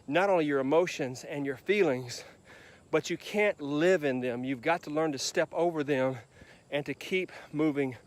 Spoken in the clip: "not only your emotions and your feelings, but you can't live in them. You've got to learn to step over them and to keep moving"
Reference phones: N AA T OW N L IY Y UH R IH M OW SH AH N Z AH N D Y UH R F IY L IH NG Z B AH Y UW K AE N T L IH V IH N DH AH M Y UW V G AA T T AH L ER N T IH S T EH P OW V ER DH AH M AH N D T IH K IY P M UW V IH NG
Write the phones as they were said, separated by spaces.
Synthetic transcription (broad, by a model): N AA T OW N L IY Y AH R IH M OW SH AH N Z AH N Y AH R F IY L IH NG Z B AH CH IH K AE N T L IH V IH N DH AH M Y UW V G AA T T AH L ER N T IH S T EH P OW V ER DH AH M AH N T IH K IY P M UW V IH NG